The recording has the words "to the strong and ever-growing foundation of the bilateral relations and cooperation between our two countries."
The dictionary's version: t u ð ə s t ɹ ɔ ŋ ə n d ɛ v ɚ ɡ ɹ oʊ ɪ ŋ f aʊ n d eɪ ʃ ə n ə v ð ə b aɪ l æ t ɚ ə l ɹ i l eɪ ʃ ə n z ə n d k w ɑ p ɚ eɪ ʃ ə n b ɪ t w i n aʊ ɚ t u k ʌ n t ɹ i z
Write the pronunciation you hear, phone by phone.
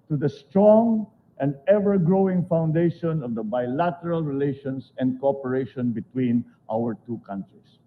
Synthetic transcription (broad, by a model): t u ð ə s t ɹ ɔ ŋ ə n d ɛ v ɚ ɡ ɹ oʊ ɪ ŋ f aʊ n d eɪ ʃ ə n ə v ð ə b aɪ l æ t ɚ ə l ɹ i l eɪ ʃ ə n s ə n d k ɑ p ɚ eɪ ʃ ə n b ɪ t w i n aʊ ɚ t u k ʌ n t ɹ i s